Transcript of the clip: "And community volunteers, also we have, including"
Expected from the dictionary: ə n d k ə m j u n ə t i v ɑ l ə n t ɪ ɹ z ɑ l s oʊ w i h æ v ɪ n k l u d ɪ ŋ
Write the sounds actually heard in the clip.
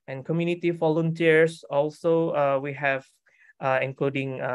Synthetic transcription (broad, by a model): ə n k ə m j u n ə t i f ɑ l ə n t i ɹ s ɑ l s oʊ w i h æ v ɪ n k l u d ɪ ŋ